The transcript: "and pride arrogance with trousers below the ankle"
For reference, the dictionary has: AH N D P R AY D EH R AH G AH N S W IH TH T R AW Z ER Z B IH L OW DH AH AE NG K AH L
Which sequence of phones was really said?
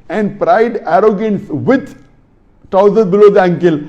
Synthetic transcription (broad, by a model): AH N D P R AY D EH R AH G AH N S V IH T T AW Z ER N B IH L OW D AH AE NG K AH L